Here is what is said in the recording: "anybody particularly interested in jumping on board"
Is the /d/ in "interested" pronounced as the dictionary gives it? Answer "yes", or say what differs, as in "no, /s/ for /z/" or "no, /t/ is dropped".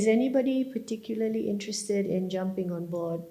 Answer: yes